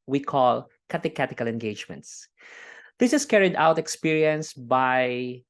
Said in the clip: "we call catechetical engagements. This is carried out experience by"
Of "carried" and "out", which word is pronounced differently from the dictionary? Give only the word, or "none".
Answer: none